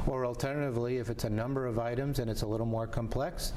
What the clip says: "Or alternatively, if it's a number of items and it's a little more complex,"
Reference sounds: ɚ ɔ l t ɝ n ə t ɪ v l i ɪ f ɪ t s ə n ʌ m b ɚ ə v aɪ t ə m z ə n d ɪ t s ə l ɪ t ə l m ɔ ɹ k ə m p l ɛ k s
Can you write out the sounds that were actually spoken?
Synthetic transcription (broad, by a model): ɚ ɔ l t ɝ n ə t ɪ v l i ɪ f ɪ t s ə n ʌ m b ɚ ə v aɪ t ə m z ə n ɪ t s ə l ɪ t l m ɔ ɹ k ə m p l ɛ k s